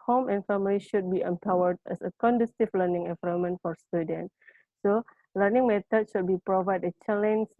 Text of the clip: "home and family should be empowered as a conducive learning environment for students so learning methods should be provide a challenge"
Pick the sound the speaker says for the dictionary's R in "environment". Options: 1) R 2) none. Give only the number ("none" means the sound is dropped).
2